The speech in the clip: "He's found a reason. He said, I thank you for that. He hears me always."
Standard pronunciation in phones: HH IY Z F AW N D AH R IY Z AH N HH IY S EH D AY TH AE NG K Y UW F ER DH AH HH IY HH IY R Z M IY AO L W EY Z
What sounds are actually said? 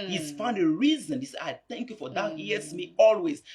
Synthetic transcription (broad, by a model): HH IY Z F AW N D AH R IY Z AH N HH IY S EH AY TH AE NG K Y UW F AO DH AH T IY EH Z M IY AO L W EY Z